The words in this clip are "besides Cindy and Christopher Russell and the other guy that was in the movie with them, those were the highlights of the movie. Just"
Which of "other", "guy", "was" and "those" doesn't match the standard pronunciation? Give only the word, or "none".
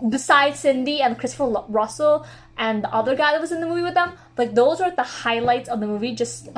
none